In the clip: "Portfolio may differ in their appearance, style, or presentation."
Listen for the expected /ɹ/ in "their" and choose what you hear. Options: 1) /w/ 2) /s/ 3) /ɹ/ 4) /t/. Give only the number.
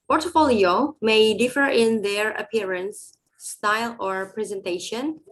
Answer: 3